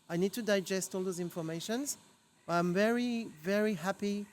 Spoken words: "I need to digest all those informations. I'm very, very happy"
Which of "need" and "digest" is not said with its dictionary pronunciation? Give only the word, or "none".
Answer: none